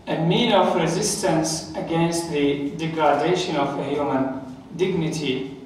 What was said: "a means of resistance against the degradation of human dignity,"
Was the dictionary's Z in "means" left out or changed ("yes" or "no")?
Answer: yes